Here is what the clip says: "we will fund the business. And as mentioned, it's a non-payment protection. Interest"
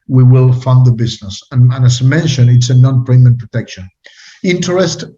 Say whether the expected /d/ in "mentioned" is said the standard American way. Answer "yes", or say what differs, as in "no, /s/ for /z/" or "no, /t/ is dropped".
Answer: no, /d/ is dropped